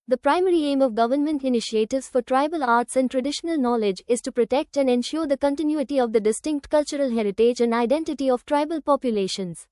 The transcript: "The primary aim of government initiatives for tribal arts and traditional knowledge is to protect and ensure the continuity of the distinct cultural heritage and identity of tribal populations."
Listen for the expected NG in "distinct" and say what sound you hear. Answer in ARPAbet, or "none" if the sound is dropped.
NG